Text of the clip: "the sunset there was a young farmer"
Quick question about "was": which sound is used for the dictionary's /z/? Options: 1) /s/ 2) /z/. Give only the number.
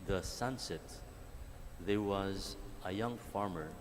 2